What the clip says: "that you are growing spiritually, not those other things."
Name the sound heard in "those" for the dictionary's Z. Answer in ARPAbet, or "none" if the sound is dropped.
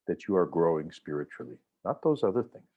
Z